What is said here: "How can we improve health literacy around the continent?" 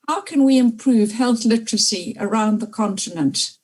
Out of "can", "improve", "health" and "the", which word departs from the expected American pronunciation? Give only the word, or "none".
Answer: none